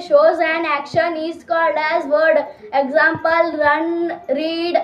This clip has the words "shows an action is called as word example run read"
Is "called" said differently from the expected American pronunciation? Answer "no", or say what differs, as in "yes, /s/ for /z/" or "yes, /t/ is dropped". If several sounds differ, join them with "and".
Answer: no